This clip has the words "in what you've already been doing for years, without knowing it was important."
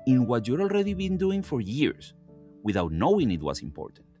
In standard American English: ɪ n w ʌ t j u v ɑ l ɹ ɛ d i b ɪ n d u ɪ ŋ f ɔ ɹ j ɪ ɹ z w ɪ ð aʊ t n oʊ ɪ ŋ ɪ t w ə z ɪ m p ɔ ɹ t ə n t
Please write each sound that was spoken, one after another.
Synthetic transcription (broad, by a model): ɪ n w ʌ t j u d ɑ l ɹ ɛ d i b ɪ n d u ɪ ŋ f ɔ ɹ j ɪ ɹ s w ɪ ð aʊ t n oʊ ɪ ŋ ɪ t w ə s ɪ m p ɔ ɹ t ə n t